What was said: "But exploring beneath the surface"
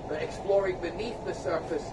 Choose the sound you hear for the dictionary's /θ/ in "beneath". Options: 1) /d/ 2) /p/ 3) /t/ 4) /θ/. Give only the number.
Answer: 4